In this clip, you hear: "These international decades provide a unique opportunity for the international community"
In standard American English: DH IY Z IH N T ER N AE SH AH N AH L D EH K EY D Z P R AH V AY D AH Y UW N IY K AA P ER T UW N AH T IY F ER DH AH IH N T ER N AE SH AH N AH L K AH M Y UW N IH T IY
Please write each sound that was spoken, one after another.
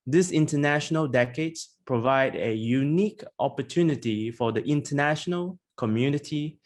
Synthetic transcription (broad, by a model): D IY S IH N T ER N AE SH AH N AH L D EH K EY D P R AH V AY D AH Y UW N IY K AA P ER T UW N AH T IY F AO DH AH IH N T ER N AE SH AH N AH L K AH M Y UW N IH T IY